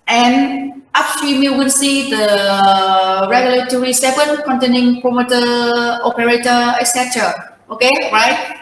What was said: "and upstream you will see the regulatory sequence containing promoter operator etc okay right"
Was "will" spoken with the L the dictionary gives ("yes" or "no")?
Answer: no